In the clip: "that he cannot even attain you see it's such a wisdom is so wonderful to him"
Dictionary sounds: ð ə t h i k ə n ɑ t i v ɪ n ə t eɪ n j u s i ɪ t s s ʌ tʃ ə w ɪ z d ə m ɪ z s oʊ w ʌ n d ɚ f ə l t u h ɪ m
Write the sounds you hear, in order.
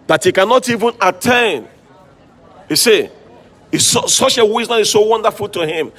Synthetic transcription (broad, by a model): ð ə t h i k ə n ɑ t i v ɪ n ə t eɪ n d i s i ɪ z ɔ s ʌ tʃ ə w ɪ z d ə ɪ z s oʊ w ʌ n d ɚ f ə l t u h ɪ m